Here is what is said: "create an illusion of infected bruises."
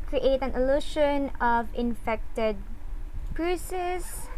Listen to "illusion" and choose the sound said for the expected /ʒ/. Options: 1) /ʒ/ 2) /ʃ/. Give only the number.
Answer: 2